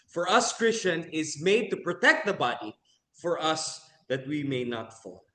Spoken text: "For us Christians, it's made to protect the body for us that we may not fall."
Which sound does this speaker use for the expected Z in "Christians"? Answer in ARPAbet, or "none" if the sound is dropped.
none